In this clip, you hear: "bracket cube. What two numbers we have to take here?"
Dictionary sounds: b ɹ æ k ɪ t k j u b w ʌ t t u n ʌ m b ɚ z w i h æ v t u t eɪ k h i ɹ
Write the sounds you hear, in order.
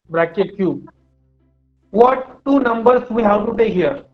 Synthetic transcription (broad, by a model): b ɹ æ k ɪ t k j u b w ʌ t t u n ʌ m b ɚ s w i h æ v t u t eɪ k h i ɹ